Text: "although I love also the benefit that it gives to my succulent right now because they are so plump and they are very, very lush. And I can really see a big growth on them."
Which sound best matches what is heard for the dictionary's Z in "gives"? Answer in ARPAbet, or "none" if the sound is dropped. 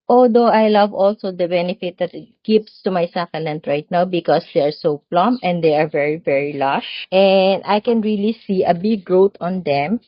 S